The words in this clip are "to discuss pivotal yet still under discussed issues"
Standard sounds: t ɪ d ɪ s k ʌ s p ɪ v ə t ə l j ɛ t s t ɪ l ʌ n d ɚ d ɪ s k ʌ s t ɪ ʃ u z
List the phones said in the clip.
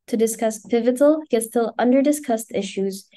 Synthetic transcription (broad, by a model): t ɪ d ɪ s k ʌ s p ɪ v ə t l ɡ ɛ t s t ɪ l ʌ n d ɚ d ɪ s k ʌ s t ɪ ʃ u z